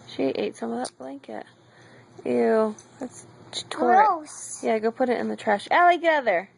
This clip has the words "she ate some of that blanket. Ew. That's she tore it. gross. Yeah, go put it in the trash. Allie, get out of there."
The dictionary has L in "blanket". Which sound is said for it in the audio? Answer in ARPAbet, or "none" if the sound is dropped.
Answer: L